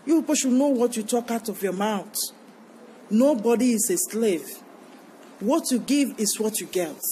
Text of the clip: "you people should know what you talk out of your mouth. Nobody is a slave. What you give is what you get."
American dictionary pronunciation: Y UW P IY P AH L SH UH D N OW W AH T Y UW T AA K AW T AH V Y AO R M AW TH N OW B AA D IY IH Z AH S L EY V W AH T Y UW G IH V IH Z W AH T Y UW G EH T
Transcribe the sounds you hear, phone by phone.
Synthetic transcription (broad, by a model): Y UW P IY P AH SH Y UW N OW W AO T Y UW T AA K AW T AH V Y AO M AW T N OW B AA D IY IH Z AH S L EY V W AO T Y UW G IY V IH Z W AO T Y UW G EH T